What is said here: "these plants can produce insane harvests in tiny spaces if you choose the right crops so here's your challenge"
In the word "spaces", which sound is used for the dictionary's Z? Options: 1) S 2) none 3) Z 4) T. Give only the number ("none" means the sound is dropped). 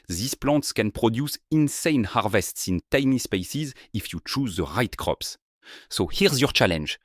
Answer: 3